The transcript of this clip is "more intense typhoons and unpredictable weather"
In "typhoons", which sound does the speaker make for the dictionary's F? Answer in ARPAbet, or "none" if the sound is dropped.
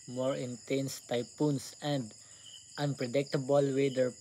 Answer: P